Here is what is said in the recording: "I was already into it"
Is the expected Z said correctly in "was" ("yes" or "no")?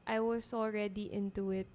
no